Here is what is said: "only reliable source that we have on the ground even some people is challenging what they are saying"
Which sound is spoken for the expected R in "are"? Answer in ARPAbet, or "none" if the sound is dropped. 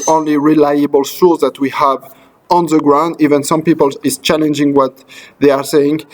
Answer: R